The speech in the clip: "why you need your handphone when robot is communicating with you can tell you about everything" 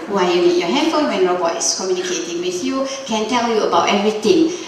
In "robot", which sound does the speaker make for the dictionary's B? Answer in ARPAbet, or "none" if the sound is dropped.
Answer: none